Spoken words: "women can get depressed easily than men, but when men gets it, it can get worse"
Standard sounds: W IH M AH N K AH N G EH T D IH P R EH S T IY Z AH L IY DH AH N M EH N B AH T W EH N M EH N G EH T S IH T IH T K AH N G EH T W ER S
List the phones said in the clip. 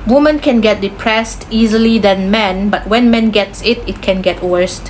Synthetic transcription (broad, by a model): W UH M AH N K AH N G EH T D IH P R EH S T IY Z AH L IY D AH N M EH N B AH T W EH N M EH N G EH T S IH T IH T K AH N G EH T W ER S